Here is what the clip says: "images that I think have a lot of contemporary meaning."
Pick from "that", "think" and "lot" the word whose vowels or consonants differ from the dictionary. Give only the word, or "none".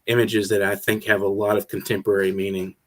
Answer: none